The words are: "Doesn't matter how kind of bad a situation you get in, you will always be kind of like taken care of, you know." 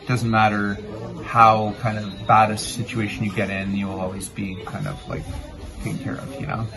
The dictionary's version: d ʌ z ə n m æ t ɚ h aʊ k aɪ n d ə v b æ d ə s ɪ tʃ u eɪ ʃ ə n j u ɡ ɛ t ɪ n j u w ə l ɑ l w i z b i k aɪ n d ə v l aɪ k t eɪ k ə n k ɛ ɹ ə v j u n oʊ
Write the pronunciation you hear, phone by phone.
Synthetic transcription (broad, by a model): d ʌ z n m æ t ɚ h aʊ k aɪ n d ə v b æ d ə s ɪ tʃ u eɪ ʃ n j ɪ ɡ ɛ t ɪ n j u w ə l ɑ l w i z b i k aɪ n d ə v l aɪ k t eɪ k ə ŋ k ɛ ɹ ə v j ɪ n oʊ